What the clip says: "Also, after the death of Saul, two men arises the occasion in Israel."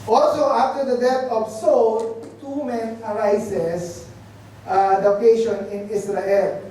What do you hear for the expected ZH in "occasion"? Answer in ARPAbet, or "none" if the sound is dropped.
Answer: SH